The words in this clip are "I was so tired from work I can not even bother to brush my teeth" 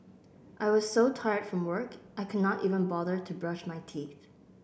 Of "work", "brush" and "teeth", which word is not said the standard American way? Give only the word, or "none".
none